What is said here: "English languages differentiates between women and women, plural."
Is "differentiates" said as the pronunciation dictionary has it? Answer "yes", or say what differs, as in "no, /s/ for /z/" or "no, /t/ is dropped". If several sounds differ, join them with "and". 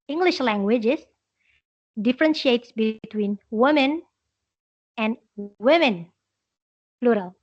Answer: yes